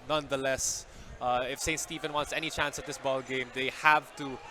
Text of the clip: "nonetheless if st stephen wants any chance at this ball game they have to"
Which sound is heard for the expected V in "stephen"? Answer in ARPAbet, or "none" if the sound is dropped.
V